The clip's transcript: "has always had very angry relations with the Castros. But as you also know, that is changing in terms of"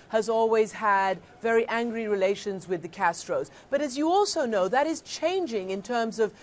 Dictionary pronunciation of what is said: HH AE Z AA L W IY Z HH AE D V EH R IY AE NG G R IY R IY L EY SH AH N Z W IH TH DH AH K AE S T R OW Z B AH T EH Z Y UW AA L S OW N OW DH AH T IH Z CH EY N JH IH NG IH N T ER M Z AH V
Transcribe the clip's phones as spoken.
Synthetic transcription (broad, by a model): HH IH Z AA L W IY Z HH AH D V EH R IY AE NG G R IY R IY L EY SH AH N Z W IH DH AH K AE S T R OW Z B AH T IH Z Y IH AA L S OW N OW DH AH T IH Z CH EY N JH IH NG IH N T ER M Z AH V